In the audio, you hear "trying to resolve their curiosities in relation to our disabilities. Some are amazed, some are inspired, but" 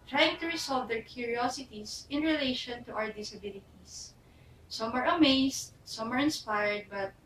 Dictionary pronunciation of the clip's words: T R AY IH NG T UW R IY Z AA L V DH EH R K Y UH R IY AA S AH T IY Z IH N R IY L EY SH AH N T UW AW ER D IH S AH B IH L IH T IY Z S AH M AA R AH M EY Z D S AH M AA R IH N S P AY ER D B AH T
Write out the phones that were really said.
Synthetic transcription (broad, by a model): T R AY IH NG T UW R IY S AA L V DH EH R K Y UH R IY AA S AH T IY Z IH N R IY L EY SH AH N T UW AW ER D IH S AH B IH L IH T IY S S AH M AA R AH M EY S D S AH M AA R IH N S P AY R D B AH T